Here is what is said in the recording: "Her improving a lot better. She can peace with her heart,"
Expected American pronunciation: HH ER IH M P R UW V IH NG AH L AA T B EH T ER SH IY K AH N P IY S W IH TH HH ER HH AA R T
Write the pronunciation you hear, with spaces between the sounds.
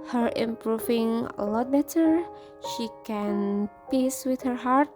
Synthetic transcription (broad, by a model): HH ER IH M P R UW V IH NG AH L AA T B EH T ER SH IY K AH N P IY S W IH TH HH ER HH AA R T